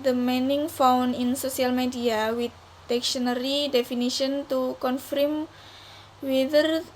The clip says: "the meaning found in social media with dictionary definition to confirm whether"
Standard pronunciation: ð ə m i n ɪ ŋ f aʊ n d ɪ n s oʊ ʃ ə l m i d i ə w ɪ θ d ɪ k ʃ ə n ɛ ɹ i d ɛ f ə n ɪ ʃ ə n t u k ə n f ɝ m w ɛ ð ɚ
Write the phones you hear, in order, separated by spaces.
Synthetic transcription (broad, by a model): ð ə m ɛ n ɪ ŋ f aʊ n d ɪ n s oʊ s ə l m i d i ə w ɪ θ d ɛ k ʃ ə n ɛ ɹ i d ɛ f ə n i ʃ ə n t u k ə n f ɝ m w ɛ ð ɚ